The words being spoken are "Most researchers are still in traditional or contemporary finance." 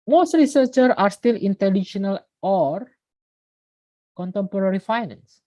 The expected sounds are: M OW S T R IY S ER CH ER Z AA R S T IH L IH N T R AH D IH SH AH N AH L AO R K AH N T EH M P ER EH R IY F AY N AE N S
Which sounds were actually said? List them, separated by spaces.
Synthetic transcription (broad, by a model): M OW S T R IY S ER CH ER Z AA R S T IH L IH N T AH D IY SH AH N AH L AO R K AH N T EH M P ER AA R IY F AY N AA N S